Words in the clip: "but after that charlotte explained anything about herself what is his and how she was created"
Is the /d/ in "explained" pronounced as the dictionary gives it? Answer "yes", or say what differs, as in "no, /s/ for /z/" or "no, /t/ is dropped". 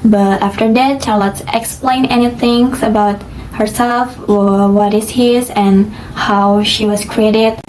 no, /d/ is dropped